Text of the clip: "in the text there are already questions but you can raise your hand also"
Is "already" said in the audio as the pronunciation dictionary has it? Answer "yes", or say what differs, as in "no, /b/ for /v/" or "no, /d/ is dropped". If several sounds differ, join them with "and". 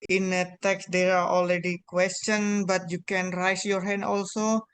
no, /l/ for /ɹ/